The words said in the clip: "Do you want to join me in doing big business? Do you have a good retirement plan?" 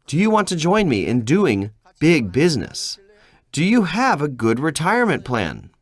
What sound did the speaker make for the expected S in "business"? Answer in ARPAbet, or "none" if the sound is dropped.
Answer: S